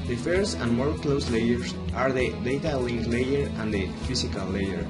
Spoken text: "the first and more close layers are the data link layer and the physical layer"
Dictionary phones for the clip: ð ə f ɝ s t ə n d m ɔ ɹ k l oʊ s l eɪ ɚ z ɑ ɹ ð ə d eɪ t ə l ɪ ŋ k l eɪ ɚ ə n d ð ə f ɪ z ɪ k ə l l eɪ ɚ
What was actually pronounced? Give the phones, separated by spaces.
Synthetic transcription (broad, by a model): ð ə f ɝ s t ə n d m ɔ ɹ k l oʊ s l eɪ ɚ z ɑ ɹ ð ə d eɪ t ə l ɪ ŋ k l eɪ ɚ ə n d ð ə f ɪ s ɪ k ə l l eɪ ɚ